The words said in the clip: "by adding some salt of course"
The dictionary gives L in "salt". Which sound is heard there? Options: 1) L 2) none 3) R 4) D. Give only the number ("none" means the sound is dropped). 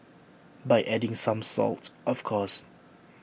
1